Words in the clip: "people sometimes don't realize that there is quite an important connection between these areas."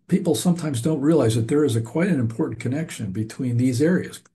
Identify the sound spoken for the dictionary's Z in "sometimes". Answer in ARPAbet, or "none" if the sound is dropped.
Z